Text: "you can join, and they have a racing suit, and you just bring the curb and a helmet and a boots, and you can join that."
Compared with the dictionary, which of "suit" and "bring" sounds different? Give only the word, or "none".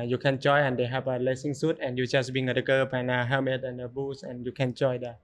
bring